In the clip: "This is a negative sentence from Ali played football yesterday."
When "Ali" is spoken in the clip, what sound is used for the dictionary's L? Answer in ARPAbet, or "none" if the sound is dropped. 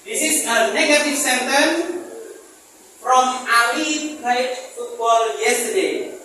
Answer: W